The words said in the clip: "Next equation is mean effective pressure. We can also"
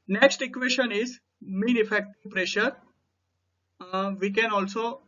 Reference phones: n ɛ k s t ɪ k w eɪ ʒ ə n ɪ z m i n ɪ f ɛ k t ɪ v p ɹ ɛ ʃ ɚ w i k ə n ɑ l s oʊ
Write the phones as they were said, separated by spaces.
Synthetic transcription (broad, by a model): n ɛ k s t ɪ k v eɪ ʃ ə n ɪ z m i n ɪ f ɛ k t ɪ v p ɹ ɛ ʃ ɚ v i k ə n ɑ l s oʊ